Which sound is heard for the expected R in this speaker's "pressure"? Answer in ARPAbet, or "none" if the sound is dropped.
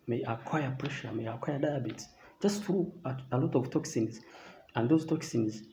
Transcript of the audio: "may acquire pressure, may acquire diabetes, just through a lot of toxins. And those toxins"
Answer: R